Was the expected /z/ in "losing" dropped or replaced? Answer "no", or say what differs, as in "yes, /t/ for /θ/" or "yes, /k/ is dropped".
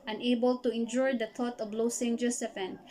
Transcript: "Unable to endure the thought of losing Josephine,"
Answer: yes, /s/ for /z/